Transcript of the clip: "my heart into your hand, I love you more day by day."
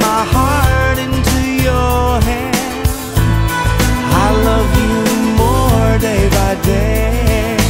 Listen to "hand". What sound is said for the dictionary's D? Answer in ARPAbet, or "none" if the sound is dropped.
none